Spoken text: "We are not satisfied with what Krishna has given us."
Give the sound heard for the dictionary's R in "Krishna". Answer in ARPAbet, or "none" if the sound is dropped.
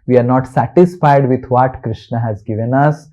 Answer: R